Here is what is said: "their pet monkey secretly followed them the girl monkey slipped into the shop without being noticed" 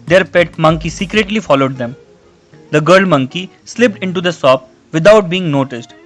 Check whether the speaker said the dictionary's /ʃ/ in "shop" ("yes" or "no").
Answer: no